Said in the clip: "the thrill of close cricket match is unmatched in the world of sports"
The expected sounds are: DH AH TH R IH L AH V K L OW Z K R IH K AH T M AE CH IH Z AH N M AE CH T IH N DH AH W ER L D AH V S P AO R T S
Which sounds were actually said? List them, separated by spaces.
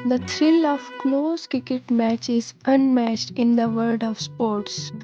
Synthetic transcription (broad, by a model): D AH T R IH L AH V K L OW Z K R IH K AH T M AE CH IH Z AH N M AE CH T IH N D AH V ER D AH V S P AO R T S